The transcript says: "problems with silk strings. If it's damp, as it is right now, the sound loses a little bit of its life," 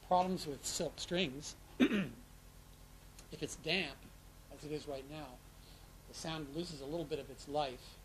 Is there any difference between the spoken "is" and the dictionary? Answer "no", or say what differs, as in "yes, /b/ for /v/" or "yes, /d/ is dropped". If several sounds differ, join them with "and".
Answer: no